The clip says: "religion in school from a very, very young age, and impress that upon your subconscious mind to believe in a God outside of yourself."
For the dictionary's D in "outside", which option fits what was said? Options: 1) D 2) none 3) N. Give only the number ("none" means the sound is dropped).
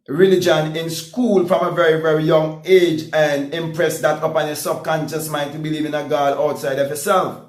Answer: 1